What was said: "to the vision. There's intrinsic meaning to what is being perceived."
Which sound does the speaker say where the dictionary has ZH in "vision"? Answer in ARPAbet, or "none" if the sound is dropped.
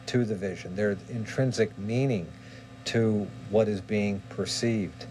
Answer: ZH